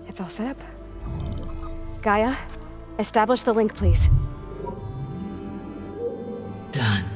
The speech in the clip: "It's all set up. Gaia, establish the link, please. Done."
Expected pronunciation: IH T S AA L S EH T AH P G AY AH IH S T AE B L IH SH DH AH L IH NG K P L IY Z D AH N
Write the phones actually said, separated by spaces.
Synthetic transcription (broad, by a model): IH T S AA L S EH T AH P G AY AH IH S T AE B L IH SH DH AH L IH NG K P L IY Z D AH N